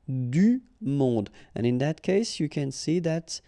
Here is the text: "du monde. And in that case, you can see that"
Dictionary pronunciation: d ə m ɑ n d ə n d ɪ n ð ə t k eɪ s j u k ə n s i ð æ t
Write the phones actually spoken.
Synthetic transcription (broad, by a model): d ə m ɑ d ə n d ɪ n ð ə t k eɪ s j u k ə n s i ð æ t